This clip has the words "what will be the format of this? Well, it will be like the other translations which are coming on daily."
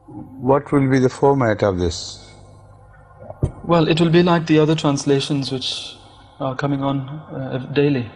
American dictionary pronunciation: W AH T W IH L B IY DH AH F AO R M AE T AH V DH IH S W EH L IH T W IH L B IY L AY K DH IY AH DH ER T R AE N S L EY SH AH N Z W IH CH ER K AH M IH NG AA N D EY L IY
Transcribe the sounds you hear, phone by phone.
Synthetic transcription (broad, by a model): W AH T W IH L B IY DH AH F AO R M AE T AH V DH IH S W EH L IH T W IH L B IY L AY K DH IY AH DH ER T R AE N S L EY SH AH N Z W IH CH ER K AH M IH NG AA N D EY L IY